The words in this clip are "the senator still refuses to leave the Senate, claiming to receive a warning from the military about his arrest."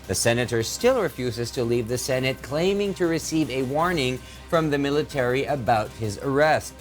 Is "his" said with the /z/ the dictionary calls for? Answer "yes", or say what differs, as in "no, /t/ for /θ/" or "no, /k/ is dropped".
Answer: yes